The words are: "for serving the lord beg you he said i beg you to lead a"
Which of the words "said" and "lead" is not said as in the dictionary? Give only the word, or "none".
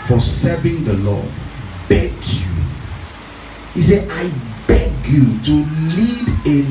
said